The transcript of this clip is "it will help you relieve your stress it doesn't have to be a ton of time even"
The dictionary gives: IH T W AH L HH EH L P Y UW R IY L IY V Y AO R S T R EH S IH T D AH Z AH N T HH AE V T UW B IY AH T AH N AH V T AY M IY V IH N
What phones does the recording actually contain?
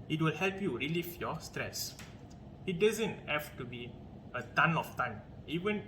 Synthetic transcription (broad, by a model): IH T W AH L HH EH L P Y UW R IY L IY F Y AO S T R EH S IH T D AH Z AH N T HH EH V T UW B IY AH T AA N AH F T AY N IY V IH N